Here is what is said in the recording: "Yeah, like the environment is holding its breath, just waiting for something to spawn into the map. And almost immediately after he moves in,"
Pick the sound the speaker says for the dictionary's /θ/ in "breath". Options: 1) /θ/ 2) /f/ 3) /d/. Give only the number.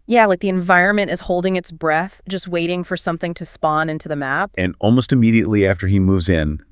1